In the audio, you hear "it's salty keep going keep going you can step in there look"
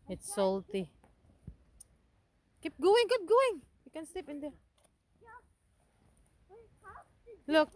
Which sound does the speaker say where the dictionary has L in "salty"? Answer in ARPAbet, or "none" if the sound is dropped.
L